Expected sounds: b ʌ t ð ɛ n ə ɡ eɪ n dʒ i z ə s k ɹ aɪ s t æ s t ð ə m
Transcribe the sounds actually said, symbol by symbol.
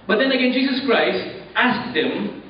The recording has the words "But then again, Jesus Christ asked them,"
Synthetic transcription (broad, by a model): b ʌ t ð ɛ n ə ɡ eɪ n dʒ i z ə s k ɹ aɪ s t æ s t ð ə m